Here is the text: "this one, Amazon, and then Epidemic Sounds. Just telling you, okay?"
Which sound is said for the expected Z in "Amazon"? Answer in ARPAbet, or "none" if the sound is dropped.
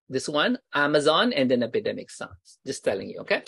Z